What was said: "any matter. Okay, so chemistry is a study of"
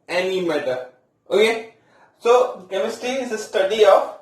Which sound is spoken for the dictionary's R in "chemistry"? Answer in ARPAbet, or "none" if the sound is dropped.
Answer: none